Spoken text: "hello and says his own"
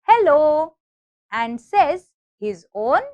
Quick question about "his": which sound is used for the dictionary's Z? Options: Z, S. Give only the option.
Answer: Z